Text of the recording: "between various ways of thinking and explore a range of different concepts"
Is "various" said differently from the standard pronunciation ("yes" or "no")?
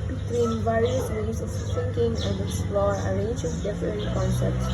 no